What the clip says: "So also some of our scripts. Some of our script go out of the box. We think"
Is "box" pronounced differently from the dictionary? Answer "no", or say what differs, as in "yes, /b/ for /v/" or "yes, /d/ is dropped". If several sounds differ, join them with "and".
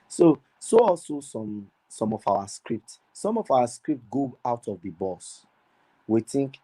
yes, /k/ is dropped